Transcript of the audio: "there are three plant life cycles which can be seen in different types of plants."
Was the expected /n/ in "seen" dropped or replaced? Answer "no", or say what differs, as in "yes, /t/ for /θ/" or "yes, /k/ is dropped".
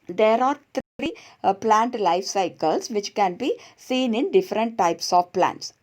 no